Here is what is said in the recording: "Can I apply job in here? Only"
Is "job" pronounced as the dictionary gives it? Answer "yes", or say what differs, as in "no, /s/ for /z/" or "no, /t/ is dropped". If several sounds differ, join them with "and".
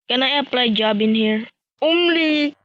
yes